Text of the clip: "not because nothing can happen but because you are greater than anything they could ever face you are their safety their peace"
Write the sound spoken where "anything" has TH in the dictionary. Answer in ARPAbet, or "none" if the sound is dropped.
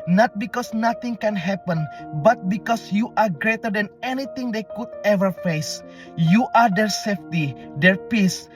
T